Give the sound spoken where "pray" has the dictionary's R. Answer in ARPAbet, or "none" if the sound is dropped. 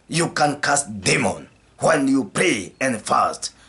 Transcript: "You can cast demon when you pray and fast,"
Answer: L